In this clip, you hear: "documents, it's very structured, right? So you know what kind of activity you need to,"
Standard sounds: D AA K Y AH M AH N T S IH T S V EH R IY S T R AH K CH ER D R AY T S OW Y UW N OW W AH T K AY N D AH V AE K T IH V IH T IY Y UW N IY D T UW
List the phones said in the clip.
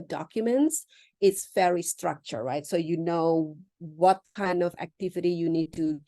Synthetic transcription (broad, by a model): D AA K Y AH M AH N T S IH T S F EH R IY S T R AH K CH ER R AY T S OW Y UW N OW W AH T K AY N D AH V AE K T IH V IH T IY Y UW N IY D T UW